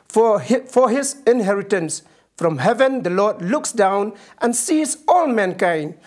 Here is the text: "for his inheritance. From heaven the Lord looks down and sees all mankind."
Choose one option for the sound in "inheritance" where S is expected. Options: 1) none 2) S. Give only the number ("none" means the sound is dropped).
2